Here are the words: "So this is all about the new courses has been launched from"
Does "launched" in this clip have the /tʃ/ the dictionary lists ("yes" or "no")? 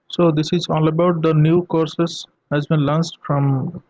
no